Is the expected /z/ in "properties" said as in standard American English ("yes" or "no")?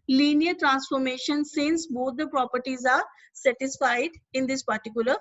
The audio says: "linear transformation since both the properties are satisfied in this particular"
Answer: yes